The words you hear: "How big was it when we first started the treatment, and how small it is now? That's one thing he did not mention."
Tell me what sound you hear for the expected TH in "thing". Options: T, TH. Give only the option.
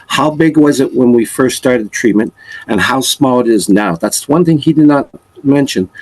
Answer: TH